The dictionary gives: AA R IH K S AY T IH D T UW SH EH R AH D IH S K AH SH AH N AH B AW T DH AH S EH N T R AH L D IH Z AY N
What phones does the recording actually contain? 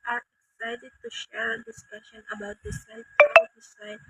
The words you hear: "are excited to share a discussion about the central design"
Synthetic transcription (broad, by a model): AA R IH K S AY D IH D T UW SH EH R AH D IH S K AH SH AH N AH B AW T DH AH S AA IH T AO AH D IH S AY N